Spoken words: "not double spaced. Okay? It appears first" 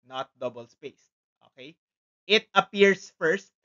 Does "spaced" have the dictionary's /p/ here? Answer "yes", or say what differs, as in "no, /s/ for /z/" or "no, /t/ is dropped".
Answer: yes